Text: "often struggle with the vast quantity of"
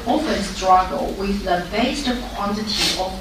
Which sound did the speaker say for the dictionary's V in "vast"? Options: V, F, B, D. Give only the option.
B